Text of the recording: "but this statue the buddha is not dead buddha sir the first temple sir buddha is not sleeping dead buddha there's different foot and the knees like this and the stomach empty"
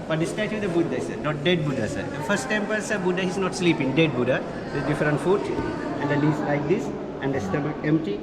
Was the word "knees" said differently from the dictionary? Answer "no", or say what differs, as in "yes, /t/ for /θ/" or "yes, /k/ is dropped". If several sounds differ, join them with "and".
yes, /l/ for /n/